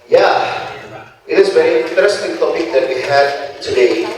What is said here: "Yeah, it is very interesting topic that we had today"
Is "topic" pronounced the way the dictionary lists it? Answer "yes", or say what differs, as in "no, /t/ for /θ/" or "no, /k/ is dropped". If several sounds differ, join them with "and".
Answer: no, /b/ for /p/